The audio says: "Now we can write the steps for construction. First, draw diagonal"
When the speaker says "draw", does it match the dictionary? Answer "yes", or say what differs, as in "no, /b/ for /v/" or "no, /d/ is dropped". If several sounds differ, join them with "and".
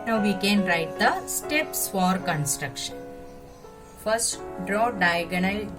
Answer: yes